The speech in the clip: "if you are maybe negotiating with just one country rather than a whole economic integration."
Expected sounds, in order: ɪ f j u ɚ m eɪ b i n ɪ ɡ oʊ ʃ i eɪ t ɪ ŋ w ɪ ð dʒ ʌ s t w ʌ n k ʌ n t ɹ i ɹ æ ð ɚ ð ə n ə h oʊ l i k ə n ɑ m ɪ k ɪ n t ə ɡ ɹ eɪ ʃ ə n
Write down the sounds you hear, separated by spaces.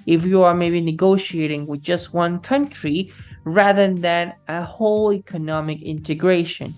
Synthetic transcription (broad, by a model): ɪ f j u ɚ m eɪ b i n ɪ ɡ oʊ ʃ i eɪ t ɪ ŋ w ɪ ð dʒ ʌ s t w ʌ n k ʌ n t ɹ i ɹ æ ð ɚ ð ə n ə h oʊ l i k ə n ɑ m ɪ k ɪ n t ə ɡ ɹ eɪ ʃ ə n